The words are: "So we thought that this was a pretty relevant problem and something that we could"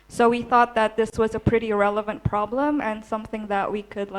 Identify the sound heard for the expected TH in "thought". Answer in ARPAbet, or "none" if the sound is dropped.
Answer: TH